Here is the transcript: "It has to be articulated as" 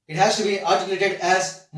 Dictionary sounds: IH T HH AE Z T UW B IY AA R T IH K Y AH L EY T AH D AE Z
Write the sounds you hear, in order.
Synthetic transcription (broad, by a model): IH T HH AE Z T UW B IY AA L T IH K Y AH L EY T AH D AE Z